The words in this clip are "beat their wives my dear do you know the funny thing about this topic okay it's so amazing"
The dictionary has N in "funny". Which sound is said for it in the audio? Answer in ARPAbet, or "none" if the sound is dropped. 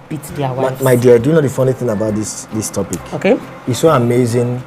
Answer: N